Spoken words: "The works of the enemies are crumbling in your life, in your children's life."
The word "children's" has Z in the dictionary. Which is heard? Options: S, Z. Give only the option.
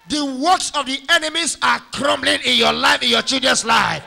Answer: S